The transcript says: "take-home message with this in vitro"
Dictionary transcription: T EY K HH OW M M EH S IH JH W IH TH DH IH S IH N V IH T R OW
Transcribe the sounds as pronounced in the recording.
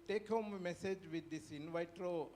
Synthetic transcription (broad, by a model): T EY K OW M M EH S IH JH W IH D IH S IH N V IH T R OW